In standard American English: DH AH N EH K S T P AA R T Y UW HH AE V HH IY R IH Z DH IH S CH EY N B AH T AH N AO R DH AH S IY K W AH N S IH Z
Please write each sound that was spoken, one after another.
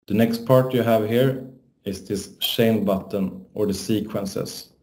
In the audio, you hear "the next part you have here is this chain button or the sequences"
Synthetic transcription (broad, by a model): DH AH N EH K S T P AA R T Y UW HH AE V HH IY R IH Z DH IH S SH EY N B AH T AH N AO R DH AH S IY K W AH N S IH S